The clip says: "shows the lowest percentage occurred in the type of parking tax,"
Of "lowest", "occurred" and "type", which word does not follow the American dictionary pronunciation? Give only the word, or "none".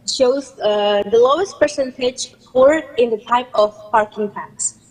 occurred